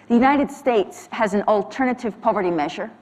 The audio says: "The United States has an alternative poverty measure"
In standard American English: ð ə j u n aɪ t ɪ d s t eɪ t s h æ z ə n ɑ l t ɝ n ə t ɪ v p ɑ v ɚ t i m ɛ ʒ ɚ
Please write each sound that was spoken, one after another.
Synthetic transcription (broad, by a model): ð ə j u n aɪ t ɪ d s t eɪ t s h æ z n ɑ l t ɝ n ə t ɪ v p ɑ v ɚ t i m ɛ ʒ ɚ